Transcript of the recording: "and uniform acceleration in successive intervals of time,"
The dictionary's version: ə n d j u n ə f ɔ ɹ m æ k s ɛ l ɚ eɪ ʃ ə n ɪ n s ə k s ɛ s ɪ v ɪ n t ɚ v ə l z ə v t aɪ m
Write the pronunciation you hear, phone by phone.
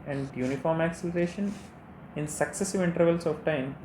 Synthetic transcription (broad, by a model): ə n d j u n ə f ɔ ɹ m æ k s ɛ l ɚ eɪ ʃ ə n ɪ n s ə k s ɛ s ɪ v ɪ n t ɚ v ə l s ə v t aɪ m